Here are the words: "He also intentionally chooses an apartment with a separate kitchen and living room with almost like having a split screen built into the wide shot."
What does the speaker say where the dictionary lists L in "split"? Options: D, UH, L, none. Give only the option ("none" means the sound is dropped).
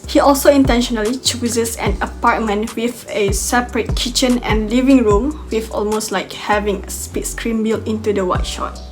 none